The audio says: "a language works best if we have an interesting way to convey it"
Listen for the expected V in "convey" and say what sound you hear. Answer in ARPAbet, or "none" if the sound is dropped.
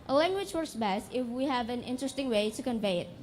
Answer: V